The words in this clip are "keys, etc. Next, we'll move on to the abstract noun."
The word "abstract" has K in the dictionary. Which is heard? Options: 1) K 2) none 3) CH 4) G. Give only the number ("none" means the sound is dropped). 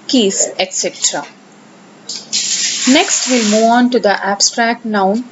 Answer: 1